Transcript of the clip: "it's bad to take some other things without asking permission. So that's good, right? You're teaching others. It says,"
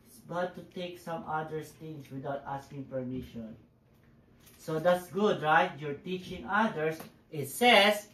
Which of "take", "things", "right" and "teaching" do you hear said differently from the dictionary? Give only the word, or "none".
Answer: things